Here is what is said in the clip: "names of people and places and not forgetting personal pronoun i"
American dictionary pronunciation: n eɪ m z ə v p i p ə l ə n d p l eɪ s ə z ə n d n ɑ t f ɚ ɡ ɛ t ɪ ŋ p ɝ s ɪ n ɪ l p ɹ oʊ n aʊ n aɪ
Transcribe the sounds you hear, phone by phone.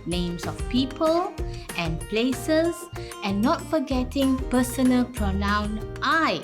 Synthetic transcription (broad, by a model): n eɪ m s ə f p i p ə l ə n p l eɪ s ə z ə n n ɑ t f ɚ ɡ ɛ t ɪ ŋ p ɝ s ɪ n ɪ l p ɹ oʊ n aʊ n aɪ